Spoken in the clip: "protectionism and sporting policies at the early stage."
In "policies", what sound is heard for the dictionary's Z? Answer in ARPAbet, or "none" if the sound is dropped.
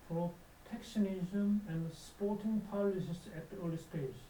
S